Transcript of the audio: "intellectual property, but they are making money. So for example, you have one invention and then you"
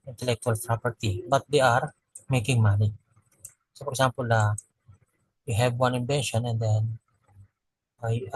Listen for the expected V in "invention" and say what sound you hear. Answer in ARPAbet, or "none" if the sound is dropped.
B